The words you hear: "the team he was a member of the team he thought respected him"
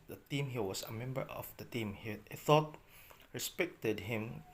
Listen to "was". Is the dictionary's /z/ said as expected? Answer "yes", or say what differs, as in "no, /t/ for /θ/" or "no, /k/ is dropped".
no, /s/ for /z/